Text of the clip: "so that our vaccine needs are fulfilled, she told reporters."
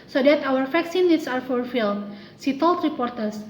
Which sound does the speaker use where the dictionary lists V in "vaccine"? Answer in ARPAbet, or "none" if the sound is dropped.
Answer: F